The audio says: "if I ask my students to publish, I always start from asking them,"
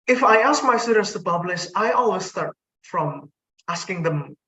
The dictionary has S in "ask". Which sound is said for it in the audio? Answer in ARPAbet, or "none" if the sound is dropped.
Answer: S